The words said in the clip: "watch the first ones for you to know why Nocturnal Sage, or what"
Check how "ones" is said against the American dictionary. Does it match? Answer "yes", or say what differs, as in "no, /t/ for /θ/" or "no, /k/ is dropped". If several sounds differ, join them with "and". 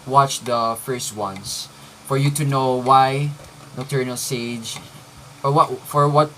no, /s/ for /z/